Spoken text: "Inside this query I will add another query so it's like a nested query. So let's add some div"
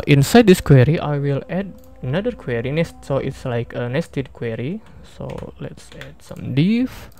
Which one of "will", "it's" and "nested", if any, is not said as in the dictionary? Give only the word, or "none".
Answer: none